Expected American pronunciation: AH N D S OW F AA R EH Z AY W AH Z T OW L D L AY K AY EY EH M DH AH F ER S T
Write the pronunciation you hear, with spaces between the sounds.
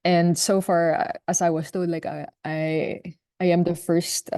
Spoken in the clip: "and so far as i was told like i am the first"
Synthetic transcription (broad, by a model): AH N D S OW F AA R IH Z AY W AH S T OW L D L AY K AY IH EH M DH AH F ER S T